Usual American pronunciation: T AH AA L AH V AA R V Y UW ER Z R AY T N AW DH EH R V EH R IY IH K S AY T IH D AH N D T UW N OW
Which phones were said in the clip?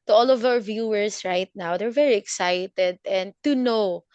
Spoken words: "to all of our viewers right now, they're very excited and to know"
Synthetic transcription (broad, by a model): T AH AA L AH V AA W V Y UW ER S R AY T N AW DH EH R V EH R IY IH K S AY T IH D AH N D T UW N OW